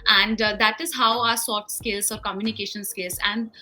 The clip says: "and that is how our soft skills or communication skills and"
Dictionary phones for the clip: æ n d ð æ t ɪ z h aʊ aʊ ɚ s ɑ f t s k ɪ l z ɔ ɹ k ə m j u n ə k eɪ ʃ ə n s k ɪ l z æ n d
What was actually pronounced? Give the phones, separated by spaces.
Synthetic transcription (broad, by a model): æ n d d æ t ɪ z h aʊ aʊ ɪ s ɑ t s k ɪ l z ɔ ɹ k ə m j u n ə k eɪ ʃ ə n s k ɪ l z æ n d